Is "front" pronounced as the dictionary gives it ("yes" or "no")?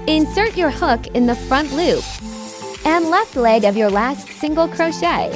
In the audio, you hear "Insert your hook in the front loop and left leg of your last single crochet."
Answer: yes